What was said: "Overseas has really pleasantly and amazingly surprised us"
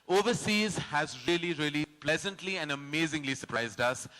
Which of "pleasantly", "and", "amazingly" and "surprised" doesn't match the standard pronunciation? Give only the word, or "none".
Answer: none